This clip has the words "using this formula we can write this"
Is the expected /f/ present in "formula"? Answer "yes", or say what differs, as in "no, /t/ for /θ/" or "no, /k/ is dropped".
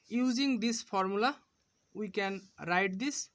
no, /p/ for /f/